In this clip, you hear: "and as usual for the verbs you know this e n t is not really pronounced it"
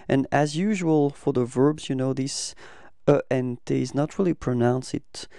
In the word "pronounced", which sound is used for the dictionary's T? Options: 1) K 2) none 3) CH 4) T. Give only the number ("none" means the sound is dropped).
2